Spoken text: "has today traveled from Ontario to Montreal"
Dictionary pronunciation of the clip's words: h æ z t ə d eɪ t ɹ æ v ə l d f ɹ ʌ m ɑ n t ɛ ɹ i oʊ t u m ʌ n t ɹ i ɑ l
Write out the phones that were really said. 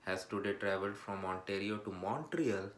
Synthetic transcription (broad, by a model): h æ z t ə d eɪ t ɹ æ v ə l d f ɹ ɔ m ɑ n t ɛ ɹ i oʊ t u m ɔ n t ɹ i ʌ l